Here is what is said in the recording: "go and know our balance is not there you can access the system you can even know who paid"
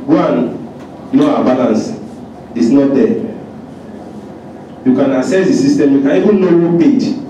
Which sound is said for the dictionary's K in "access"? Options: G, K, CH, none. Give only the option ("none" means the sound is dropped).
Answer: none